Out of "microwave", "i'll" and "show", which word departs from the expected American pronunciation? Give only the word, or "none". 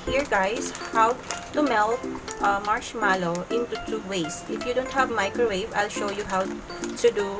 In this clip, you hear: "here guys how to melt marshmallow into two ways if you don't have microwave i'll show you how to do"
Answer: none